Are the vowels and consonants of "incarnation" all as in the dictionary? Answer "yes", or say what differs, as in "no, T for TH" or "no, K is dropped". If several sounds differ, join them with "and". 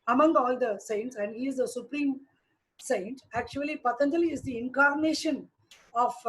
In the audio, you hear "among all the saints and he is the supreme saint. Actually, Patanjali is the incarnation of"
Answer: yes